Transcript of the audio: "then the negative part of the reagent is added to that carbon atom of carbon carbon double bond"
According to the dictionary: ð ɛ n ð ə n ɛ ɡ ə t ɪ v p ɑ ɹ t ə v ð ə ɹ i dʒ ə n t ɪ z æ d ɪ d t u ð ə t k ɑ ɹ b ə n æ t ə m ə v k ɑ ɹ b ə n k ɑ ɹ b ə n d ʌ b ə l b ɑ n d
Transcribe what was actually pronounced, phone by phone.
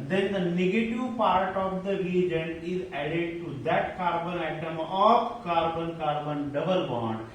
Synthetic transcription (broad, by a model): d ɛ n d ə n ɛ ɡ ə t ɪ v p ɑ ɹ t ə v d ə ɹ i dʒ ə n ɪ z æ d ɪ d t u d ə t k ɑ ɹ b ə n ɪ t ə m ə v k ɑ ɹ b ə n k ɑ ɹ b ə n d ʌ b ə l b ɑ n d